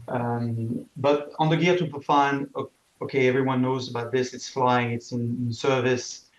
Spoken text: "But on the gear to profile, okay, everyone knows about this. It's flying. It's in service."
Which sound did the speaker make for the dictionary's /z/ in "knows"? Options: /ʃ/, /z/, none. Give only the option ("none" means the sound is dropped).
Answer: /z/